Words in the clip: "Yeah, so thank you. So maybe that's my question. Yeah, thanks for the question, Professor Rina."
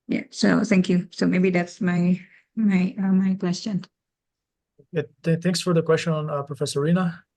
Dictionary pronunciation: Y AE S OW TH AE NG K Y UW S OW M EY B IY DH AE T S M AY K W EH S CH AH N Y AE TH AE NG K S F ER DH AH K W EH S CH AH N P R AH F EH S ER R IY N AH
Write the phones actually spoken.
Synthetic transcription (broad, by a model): Y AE S OW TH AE NG K Y UW S OW M EY B IY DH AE T S M AY K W EH S CH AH N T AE TH AE NG K S F ER DH AH K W EH S CH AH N P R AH F EH S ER R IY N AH